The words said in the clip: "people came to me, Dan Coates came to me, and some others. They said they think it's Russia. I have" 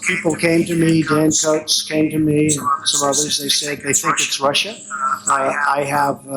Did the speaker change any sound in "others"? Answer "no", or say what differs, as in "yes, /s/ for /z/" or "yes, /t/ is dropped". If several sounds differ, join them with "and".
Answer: no